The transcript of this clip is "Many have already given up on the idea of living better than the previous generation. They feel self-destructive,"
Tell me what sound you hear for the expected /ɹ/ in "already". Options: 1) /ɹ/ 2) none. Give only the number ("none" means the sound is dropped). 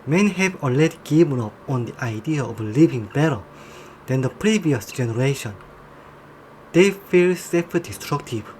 2